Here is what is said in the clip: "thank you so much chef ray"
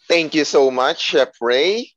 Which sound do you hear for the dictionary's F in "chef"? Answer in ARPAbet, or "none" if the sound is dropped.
P